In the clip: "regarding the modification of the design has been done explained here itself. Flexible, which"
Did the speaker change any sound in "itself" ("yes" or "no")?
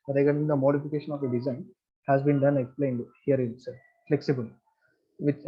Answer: yes